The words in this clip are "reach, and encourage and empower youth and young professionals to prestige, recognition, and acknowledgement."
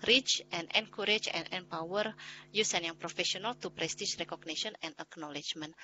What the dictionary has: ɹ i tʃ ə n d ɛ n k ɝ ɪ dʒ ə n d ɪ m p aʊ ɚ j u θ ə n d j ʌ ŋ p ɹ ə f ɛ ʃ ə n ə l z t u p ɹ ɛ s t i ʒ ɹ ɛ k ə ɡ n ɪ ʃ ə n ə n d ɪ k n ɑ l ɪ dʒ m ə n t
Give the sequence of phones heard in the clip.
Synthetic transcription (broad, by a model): ɹ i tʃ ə n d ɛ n k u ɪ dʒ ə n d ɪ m p aʊ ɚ j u s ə n j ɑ ŋ p ɹ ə f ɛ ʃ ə n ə l t u p ɹ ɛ s t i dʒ ɹ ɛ k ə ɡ n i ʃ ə n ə n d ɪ k n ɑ l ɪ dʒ m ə n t